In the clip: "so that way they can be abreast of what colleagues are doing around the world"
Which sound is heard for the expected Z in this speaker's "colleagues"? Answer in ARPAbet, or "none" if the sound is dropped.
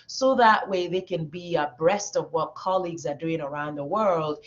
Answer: Z